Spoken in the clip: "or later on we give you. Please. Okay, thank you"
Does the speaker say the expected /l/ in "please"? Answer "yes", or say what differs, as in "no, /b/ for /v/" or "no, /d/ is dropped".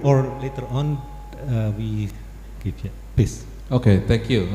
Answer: no, /l/ is dropped